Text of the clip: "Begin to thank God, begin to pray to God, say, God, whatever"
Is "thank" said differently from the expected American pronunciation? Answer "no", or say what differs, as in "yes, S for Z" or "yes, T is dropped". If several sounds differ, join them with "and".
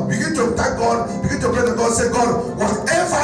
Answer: yes, T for TH